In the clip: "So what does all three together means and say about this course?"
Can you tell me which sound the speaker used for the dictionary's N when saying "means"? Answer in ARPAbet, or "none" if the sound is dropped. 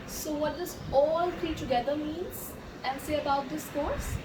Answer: N